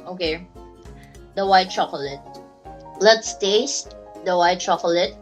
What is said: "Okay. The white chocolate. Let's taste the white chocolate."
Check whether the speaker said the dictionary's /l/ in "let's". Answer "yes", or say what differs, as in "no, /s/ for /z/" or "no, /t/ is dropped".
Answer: yes